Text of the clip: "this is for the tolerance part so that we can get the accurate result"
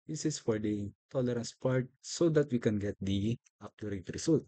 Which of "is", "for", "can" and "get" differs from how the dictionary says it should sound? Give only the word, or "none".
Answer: is